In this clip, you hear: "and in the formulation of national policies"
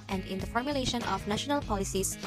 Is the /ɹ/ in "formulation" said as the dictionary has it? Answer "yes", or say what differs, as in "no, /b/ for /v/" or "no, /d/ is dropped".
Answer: yes